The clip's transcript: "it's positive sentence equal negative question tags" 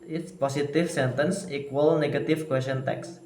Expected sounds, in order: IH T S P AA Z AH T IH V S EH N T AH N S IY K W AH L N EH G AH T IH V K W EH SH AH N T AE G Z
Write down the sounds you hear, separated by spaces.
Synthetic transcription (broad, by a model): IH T S P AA S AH T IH F S EH N T AH N S IY K W AH L N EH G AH T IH F K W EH S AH N T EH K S